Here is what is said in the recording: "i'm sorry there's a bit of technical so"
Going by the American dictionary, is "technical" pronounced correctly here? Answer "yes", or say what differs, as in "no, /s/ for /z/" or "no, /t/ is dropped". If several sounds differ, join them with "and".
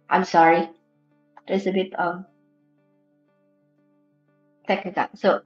no, /n/ is dropped